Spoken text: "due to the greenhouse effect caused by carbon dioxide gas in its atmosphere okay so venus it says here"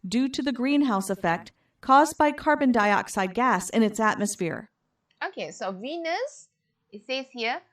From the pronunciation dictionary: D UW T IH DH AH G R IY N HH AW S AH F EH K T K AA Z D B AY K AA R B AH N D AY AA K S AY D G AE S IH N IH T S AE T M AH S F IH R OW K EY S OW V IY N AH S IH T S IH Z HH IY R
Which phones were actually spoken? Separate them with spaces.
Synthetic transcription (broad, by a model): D UW T IH DH AH G R IY N HH AW S AH F EH K T K AA Z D B AY K AA R B AH N D AY AA K S AY D G AE S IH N IH T S AE T M AH S F IH R OW K EY S OW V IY N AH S IH T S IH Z HH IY